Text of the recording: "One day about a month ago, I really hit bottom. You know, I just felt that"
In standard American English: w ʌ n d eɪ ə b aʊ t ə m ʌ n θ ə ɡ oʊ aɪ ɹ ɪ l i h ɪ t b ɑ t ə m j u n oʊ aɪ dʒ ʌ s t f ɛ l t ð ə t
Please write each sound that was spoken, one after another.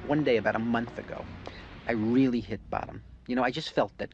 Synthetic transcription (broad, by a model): w ʌ n d eɪ ə b aʊ t ə m ʌ n θ ə ɡ oʊ aɪ ɹ ɪ l i h ɪ t b ɑ t ə m j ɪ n oʊ aɪ dʒ ʌ s t f ɛ l t ð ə t